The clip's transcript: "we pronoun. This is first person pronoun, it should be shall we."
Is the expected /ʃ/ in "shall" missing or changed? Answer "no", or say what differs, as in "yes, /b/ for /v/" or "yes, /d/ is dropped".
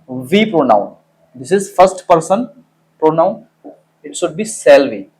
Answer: yes, /s/ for /ʃ/